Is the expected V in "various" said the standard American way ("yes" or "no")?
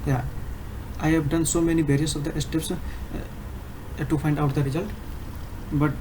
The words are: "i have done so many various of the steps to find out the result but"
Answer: no